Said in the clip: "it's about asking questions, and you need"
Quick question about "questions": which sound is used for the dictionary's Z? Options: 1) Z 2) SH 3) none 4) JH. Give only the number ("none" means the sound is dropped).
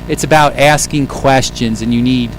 1